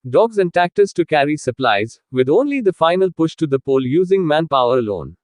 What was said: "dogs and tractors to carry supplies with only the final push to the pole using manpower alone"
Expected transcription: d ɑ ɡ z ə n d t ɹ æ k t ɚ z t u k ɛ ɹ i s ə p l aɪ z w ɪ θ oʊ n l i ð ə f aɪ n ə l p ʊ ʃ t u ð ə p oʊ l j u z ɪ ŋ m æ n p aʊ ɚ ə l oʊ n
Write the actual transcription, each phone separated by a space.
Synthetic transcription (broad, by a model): d ɑ ɡ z ə n d t æ k t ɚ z t u k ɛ ɹ i s ə p l aɪ z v ɪ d oʊ n l i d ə f aɪ n ə l p ʊ ʃ t u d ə p oʊ l j u z ɪ ŋ m æ n p aʊ ɚ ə l oʊ n